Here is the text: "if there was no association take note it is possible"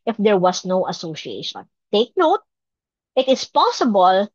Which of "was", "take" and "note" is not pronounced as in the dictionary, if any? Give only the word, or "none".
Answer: was